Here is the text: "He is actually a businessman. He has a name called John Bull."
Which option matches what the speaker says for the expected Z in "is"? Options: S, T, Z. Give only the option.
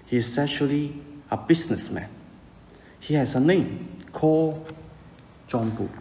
S